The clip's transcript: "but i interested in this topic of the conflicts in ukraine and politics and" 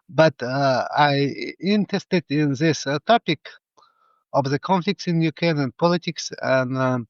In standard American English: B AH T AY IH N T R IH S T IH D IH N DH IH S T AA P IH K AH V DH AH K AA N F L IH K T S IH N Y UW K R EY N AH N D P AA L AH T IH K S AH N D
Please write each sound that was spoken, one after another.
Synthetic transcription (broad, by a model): B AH T AY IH N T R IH S T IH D IH N DH IH S T AA P IH K AH V DH AH K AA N F L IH K T S IH N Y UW K EY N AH N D P AA L AH T IH K S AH N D